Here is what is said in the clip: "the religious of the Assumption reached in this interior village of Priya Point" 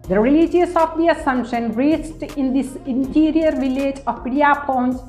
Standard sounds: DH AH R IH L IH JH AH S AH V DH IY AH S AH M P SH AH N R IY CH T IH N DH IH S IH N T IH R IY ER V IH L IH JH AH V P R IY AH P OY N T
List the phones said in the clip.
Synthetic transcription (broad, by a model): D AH R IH L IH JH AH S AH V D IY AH S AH M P SH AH N R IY S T IH N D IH S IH N T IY R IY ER V IH L IH JH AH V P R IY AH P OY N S